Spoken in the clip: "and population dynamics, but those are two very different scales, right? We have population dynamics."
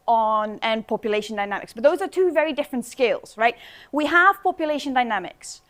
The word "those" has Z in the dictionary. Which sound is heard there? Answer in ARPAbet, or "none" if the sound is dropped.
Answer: Z